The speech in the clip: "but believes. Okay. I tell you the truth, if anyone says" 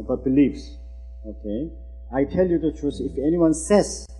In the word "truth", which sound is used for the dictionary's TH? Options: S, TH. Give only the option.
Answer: S